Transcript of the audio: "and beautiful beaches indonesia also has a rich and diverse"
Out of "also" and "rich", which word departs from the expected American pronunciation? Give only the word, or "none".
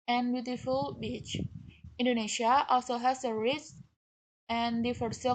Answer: rich